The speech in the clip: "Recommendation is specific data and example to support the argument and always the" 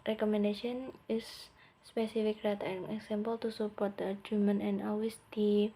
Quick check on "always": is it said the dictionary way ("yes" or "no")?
no